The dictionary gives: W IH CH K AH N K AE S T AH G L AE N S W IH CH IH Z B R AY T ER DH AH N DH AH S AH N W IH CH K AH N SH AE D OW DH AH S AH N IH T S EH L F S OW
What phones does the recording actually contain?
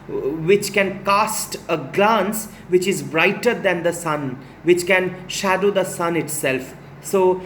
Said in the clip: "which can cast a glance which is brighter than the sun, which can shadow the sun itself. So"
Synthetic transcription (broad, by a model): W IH CH K AH N K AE S T AH G L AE N S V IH CH IH Z B R AY T ER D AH N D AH S AH N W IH CH K AH N SH AE D OW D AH S AH N IH T S EH L F S OW